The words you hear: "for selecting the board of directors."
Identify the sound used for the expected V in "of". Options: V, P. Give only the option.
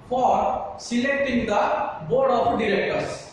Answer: P